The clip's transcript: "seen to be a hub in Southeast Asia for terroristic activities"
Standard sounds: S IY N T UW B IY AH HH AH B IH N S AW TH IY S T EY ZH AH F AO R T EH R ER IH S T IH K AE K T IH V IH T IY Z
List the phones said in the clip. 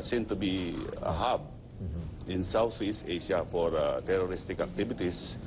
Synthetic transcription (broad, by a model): S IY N T UW B IY AH HH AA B IH N S AW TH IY S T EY SH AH F AO R T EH R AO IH S T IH K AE K T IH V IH T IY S